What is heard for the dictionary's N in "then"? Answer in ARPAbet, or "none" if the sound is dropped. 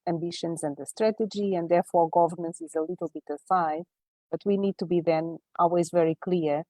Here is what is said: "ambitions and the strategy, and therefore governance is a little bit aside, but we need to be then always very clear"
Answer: N